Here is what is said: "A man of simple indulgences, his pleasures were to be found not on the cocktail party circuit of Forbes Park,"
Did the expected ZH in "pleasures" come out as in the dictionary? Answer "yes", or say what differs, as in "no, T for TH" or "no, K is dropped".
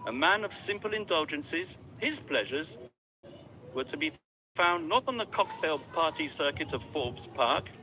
yes